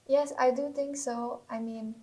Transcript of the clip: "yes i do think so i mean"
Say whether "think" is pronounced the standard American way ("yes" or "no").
no